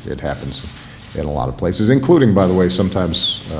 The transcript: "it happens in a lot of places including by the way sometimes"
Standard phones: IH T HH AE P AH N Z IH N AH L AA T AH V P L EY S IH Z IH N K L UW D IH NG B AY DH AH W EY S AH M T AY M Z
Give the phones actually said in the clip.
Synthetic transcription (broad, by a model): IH T HH AE P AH N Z IH N AH L AA T AH V P L EY S IH Z IH N K L UW D IH NG B AY DH AH W EY S AH M T AY M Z